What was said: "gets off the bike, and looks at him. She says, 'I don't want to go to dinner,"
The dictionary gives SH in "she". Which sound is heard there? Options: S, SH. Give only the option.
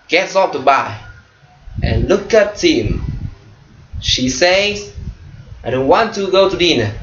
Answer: SH